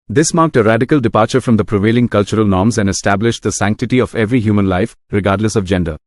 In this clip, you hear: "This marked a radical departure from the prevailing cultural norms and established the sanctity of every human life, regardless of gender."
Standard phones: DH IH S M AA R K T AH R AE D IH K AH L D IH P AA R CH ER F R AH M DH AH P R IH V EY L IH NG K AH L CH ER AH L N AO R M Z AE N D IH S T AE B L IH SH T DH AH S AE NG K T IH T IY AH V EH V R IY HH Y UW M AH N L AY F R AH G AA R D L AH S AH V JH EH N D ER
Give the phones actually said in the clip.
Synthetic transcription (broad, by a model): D IH S M AA R K T AH R AE D IH K AH L D IH P AA R CH ER F R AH M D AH P R IH V EY L IH NG K AH L CH ER AH L N AO R M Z AE N D IH S T AE B L IH SH T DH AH S AE NG K T IH T IY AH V EH V R IY HH Y UW M AH N L AY F R AH G AA R D L AH S AH V JH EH N D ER